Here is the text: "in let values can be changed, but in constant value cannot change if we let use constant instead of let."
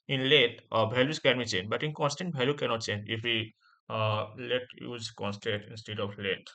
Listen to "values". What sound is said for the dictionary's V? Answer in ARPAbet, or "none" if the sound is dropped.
B